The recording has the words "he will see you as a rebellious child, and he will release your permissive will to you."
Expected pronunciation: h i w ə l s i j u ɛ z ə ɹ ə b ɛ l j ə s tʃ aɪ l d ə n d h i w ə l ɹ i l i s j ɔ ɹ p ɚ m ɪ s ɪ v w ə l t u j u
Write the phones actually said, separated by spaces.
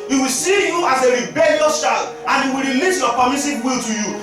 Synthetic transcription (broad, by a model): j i w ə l s i j u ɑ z ə ɹ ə b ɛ l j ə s ʃ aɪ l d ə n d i w ə l ɹ i l i s j ɔ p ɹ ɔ m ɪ s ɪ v w ə l t u j u